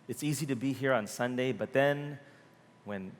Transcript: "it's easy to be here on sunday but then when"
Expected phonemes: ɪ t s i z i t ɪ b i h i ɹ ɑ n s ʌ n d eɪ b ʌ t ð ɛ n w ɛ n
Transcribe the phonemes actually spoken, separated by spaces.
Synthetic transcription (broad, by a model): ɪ t s i z i t ɪ b i h i ɹ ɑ n s ʌ n d eɪ b ʌ t ð ɛ n w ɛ n